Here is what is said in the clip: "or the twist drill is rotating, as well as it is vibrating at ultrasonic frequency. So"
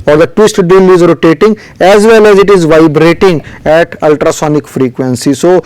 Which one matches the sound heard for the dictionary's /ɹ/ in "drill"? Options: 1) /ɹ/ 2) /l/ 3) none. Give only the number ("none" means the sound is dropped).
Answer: 3